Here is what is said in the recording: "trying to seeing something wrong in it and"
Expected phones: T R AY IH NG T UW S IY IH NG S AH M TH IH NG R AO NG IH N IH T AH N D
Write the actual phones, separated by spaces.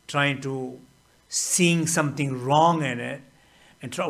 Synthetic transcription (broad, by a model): T R AY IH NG T UW S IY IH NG S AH M T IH NG R AO NG IH N IH T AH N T